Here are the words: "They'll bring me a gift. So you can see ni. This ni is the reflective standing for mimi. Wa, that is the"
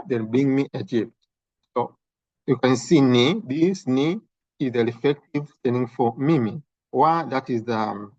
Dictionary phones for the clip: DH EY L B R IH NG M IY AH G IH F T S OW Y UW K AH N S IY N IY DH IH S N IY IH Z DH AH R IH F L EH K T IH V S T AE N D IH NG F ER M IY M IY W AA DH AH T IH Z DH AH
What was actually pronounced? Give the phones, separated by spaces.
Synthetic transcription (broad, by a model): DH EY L B R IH NG M IY AH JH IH P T S OW Y UW K AH N S IY N IY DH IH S N IY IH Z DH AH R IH F EH K T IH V S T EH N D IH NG F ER M IY M IY W AA DH AH T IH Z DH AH